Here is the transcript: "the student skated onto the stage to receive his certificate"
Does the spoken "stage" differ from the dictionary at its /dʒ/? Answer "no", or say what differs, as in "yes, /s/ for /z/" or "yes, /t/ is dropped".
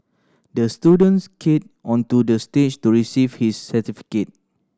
yes, /tʃ/ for /dʒ/